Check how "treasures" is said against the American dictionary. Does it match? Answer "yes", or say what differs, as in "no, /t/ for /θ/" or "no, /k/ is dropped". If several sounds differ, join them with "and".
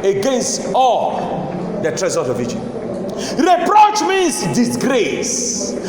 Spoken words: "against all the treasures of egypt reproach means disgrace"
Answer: no, /z/ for /ʒ/